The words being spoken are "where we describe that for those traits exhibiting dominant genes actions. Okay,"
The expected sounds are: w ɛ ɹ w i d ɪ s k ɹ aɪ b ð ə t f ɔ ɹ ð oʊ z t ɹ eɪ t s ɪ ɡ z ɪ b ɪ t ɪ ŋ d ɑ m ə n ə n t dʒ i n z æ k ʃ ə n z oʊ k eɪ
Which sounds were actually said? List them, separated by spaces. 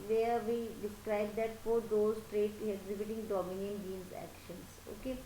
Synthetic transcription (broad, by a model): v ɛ ɹ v i d ɪ s k ɹ aɪ b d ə t f ɔ ɹ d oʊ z t ɹ eɪ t ɪ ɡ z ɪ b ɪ t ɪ ŋ d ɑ m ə n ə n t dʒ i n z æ k ʃ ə n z oʊ k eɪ